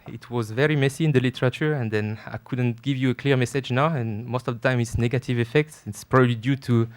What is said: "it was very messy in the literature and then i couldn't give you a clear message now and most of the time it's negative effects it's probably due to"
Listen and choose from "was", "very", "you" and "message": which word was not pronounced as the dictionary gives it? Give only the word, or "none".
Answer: none